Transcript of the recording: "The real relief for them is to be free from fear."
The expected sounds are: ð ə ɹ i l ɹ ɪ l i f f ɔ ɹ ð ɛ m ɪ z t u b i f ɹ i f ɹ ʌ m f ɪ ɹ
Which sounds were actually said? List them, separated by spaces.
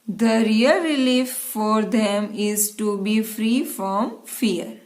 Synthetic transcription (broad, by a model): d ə ɹ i l ɹ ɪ l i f f ɔ ɹ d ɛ m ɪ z t u b i f ɹ i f ɹ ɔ m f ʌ ɹ